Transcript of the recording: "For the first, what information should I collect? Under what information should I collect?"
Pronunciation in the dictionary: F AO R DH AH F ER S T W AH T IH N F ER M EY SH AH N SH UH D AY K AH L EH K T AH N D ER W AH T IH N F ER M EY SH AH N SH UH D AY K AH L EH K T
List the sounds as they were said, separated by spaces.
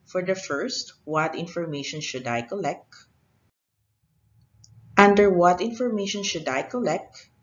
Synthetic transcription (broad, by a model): F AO R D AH F ER S T W AH T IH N F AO M EY SH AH N SH UH D AY K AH L EH K T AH N D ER W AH T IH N F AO M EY SH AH N SH UH D AY K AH L EH K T